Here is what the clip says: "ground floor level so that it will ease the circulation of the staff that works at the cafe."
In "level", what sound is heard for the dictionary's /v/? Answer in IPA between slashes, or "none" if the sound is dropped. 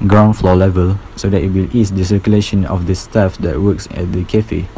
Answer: /v/